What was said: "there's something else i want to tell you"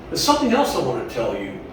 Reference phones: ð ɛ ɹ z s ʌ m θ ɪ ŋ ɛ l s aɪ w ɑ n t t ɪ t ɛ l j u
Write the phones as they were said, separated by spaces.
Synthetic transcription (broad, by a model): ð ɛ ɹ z s ʌ m θ ɪ ŋ ɛ l s aɪ w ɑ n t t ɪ t ɛ l j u